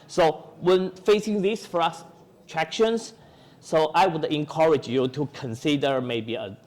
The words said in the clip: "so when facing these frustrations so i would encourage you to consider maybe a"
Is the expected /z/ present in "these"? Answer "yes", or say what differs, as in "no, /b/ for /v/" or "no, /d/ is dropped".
no, /s/ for /z/